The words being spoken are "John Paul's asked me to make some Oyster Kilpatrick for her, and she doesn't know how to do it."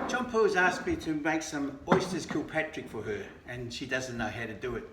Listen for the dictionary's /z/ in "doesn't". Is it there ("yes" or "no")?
yes